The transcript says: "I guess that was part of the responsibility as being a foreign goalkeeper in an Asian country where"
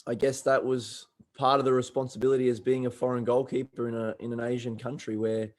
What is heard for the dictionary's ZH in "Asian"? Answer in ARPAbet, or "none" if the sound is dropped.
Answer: ZH